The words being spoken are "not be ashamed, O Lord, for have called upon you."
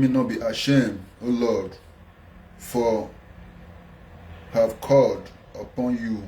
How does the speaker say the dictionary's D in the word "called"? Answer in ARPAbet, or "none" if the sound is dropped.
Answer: D